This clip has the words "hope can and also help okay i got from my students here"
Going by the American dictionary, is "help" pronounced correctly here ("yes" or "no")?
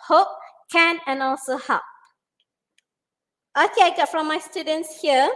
no